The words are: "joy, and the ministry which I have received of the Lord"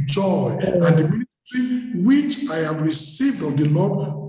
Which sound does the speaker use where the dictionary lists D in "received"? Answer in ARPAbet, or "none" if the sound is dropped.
D